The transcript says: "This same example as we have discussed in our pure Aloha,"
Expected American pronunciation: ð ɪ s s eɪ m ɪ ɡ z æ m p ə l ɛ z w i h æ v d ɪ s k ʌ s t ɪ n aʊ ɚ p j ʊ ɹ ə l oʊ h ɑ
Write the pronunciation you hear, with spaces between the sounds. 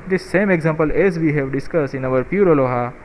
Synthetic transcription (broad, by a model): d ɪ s s eɪ m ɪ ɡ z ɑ m p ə l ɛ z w i h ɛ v d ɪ s k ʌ s ɪ n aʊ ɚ p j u ɹ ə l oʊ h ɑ